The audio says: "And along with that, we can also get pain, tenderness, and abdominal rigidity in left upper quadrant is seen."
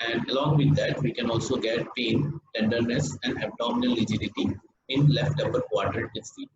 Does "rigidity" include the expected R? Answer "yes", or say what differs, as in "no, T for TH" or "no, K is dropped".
no, L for R